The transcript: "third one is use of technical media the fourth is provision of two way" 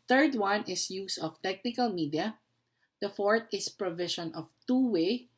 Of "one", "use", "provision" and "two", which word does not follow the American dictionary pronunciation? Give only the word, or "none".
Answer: provision